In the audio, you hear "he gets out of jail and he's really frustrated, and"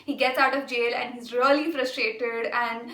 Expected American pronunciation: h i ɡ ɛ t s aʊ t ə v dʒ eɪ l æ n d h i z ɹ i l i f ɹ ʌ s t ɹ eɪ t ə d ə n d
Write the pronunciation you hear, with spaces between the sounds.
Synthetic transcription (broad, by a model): h i ɡ ɛ t s aʊ t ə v dʒ eɪ l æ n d h i z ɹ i l i f ɹ ʌ s t ɹ eɪ t ə d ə n d